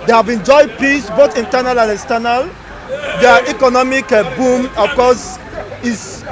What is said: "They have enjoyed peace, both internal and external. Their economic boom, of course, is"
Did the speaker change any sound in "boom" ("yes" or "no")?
no